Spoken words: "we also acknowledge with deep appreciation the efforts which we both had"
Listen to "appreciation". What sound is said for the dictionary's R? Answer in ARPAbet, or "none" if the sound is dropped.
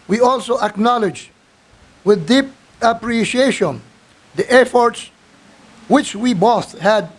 R